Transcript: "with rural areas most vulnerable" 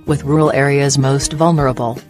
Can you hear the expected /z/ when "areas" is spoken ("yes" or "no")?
yes